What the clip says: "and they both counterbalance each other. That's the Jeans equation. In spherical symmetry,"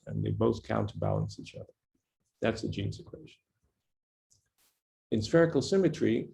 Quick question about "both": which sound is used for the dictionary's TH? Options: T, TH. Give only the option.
TH